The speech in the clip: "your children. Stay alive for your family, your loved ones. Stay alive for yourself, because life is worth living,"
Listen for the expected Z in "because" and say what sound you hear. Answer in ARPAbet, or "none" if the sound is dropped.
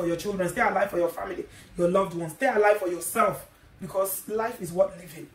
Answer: S